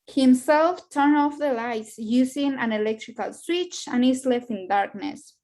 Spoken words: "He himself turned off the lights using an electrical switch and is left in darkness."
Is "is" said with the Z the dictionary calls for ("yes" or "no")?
no